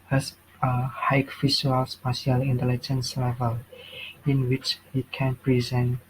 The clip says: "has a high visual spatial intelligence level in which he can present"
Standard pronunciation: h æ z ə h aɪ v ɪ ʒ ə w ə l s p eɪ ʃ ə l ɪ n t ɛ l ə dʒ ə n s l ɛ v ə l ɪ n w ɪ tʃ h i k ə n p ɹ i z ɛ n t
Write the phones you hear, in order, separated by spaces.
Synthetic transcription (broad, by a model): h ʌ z ə h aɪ f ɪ ʃ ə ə l s p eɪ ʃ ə l ɪ n t ɛ l ə dʒ ə n s l ɛ v ə l ɪ n w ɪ tʃ h i k ə n p ɹ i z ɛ n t